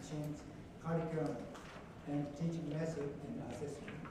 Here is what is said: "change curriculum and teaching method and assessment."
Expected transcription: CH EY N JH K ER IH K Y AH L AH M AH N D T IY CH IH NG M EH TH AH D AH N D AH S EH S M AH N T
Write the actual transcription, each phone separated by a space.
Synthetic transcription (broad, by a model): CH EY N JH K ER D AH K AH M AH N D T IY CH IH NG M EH S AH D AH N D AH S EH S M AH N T